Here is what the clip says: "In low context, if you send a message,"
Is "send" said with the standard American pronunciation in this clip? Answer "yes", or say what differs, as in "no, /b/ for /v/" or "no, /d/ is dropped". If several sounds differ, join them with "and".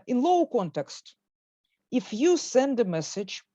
yes